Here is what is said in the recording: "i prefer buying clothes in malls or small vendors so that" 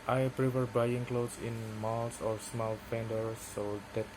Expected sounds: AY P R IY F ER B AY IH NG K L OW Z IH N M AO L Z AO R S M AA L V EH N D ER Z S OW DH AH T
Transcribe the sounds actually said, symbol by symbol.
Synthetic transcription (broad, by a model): AY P R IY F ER B AY IH NG K L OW S IH N M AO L S AO R S M AA L P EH N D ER S OW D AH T